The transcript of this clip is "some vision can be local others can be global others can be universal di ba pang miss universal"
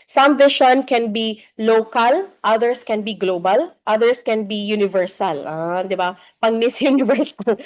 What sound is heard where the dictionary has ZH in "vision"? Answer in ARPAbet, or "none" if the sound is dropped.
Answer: SH